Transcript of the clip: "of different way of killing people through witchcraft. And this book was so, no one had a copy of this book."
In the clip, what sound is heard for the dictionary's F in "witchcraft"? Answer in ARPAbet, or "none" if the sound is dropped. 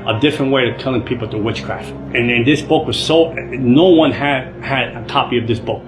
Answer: F